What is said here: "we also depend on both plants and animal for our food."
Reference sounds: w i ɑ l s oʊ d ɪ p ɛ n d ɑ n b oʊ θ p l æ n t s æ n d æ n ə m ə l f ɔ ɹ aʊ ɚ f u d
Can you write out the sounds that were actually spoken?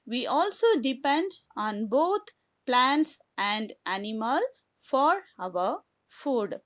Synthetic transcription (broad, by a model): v i ɑ l s oʊ d ɪ p ɛ n d ɑ n b oʊ t p l æ n t s æ n d æ n ə m ə l f ɔ ɹ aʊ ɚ f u d